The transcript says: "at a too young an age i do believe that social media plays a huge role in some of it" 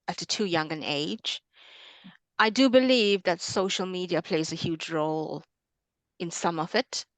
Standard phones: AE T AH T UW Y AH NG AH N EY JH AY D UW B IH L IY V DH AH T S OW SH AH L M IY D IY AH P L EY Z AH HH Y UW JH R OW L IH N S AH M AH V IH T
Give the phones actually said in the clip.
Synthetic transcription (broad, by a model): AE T AH T UW Y AH NG AH N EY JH AY D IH B IH L IY V DH AH T S OW SH L M IY D IY AH P L EY Z AH HH Y UW JH R OW L IH N S AH M AH V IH T